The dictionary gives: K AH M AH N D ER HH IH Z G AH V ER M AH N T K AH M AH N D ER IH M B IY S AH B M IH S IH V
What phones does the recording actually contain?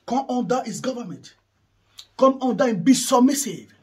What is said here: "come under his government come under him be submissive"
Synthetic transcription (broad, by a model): K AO M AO N D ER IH S G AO V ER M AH N T K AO M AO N D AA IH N B IY S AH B M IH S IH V